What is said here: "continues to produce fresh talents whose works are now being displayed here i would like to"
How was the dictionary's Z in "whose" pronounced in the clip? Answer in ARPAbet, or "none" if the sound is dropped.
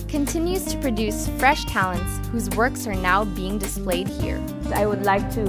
Z